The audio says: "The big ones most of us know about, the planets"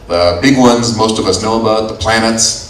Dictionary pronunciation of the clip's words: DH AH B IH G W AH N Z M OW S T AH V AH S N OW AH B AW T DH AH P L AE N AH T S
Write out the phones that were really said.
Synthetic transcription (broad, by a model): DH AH B IH G W AH N Z M OW S T AH V AH S N OW AH B AW T DH AH P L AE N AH T S